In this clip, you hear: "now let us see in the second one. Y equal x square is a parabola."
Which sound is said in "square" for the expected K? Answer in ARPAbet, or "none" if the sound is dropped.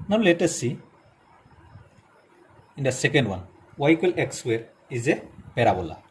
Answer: none